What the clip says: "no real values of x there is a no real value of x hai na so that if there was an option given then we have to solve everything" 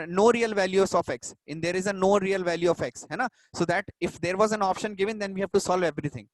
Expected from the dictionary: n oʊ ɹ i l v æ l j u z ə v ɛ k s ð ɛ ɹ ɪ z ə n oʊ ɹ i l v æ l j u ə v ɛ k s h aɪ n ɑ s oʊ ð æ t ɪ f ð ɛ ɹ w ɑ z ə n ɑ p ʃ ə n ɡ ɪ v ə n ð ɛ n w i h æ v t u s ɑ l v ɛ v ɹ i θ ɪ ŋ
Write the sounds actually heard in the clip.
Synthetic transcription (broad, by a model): n oʊ ɹ i l v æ l j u s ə f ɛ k s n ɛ ɹ ɪ z ə n oʊ ɹ i l v æ l j u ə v ɛ k s h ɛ n ɑ s oʊ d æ t ɪ f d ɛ ɹ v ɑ z ə n ɑ p ʃ ə n ɡ ɪ v ə n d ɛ n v i h æ v t u s ɑ l v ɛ v ɹ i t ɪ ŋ